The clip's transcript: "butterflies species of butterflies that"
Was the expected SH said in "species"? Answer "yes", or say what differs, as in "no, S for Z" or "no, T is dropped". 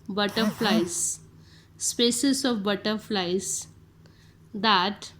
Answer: no, S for SH